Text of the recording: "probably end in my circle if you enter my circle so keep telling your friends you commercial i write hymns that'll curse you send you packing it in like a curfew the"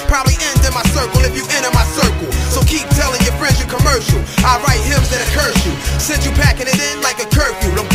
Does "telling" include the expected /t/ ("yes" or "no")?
yes